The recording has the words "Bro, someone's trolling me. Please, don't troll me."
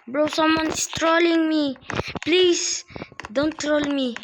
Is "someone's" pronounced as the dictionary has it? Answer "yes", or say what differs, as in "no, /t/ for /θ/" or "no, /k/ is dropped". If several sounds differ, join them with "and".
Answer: no, /s/ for /z/